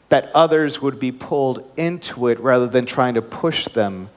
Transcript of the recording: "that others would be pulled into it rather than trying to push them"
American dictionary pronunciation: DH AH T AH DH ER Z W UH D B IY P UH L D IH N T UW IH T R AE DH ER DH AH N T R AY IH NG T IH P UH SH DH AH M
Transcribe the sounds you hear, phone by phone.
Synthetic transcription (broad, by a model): DH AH T AH DH ER Z W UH D B IY P UH L D IH N T UW IH T R AE DH ER DH AH N T R AY IH NG T IH P UH SH DH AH M